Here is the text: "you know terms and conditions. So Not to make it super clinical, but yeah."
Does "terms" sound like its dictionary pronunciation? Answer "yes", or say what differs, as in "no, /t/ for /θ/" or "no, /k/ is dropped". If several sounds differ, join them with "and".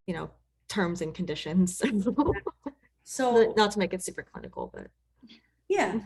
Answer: yes